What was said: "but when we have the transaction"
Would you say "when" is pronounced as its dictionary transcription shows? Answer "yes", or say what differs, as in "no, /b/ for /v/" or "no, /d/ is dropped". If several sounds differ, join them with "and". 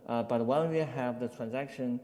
no, /l/ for /n/